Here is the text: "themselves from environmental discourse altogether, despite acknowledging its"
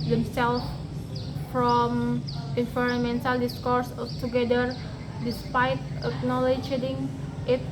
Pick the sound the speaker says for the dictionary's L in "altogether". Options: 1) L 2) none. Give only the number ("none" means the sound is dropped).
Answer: 2